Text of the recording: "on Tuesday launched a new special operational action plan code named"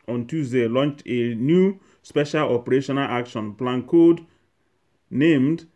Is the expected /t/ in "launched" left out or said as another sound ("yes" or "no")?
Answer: no